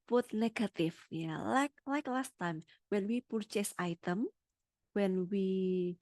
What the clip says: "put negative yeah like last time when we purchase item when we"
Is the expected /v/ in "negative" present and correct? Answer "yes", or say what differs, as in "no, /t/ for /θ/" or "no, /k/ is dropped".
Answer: no, /f/ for /v/